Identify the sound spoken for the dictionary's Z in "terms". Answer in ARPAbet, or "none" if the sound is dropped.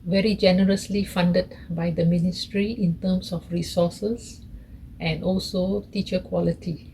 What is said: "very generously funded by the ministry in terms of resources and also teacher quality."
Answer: S